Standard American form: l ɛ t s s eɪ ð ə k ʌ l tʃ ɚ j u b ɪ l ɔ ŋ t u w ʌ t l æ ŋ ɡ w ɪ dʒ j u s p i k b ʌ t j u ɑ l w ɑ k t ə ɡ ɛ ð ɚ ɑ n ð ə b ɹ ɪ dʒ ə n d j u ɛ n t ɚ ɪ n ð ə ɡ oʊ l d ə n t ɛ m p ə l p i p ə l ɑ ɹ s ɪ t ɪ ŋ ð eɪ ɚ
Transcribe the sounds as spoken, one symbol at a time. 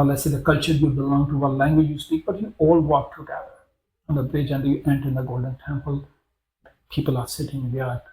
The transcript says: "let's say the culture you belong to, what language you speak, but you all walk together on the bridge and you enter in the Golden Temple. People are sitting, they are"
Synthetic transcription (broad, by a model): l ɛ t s s eɪ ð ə k ʌ l tʃ ɚ j u b ɪ l ɔ ŋ t u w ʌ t l æ ŋ ɡ w ɪ dʒ j u s p i k b ʌ t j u ɑ l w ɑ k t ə ɡ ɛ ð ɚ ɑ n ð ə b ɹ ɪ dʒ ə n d j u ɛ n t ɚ ɪ n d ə ɡ oʊ l d ə n t ɛ m p ə l p i p ə l ɑ ɹ s ɪ t ɪ ŋ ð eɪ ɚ